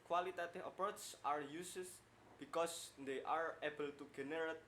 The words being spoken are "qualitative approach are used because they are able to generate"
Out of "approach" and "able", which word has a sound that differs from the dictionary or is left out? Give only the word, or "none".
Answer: approach